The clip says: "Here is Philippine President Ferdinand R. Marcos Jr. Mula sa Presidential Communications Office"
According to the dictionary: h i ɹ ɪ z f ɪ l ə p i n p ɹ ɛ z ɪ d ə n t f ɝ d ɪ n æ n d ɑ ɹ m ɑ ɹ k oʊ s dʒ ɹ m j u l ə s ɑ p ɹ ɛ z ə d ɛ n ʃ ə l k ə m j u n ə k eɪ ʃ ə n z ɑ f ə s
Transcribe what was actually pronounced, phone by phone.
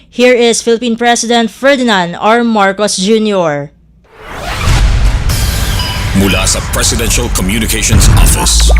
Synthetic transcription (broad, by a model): h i ɹ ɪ s f ɪ l ə p i n p ɹ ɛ s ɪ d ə n t f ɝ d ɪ n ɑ n d ɑ ɹ m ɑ ɹ k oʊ s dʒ ɹ m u l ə s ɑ p ɹ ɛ s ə d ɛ n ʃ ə l k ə m j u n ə k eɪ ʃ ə n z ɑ f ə s